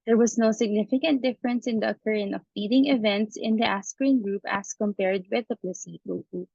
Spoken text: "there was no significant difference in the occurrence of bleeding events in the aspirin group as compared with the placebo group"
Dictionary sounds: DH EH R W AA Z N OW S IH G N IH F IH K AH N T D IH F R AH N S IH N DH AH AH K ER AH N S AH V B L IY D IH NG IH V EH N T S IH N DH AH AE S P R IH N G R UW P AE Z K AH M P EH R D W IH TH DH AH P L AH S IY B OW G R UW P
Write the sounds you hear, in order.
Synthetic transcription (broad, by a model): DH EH R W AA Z N OW S IH G N IH F IH K AH N T D IH F R AH N S IH N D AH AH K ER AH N AH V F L IY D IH NG IH V EH N T S IH N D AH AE S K R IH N G R UW P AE S K AH M P EH R D W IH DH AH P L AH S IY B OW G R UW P